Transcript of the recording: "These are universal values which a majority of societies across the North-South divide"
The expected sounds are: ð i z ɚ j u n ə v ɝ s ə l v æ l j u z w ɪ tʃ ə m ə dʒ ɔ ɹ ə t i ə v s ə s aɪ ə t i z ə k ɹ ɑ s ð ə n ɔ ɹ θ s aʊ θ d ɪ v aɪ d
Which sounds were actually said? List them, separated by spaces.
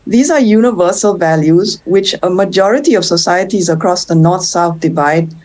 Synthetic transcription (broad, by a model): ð i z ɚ j u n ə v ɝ s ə l v æ l j u z w ɪ tʃ ə m ə dʒ ɔ ɹ ə t i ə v s ə s aɪ ə t i z ə k ɹ ɑ s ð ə n ɔ ɹ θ s aʊ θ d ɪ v aɪ d